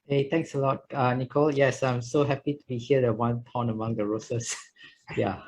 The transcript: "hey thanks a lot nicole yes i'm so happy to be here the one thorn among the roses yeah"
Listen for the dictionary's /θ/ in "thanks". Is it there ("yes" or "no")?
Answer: no